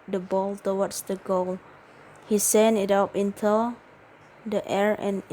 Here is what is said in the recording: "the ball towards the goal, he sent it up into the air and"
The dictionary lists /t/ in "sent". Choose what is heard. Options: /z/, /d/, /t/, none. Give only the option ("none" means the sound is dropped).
none